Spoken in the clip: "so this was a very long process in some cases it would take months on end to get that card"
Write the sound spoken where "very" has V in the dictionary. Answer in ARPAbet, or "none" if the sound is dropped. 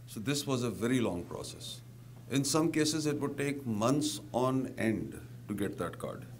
V